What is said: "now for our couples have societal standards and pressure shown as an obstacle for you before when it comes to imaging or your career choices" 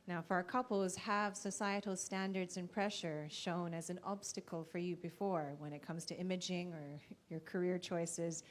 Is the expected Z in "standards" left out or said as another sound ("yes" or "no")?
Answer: no